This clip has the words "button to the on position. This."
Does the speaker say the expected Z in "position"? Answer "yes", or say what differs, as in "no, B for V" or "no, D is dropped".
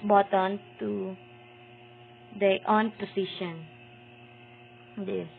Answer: no, S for Z